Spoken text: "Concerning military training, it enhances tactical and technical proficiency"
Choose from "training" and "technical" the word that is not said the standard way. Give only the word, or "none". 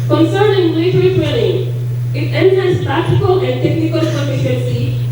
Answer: training